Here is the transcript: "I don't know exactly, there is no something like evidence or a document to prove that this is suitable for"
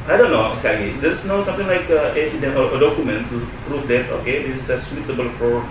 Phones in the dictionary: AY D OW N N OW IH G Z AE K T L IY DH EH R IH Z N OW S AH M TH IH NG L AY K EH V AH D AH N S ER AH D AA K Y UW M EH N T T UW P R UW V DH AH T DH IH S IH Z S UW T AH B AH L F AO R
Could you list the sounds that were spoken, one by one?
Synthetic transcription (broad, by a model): AY D OW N N OW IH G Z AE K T L IY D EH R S N OW S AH M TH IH NG L AY K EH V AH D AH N ER AH D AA K Y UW M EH N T T UW P R UW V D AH T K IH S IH S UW T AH B AH L F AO R